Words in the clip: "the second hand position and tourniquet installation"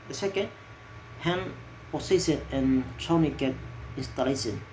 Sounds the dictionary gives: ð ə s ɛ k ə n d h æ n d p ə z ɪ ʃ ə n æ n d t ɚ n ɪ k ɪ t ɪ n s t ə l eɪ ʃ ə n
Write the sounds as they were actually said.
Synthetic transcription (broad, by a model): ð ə s ɛ k ə n d h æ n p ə s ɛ s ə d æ n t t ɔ n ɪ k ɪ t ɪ n s t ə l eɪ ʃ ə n